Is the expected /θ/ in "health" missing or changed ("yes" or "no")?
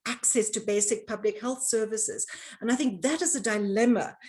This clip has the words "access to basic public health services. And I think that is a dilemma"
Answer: no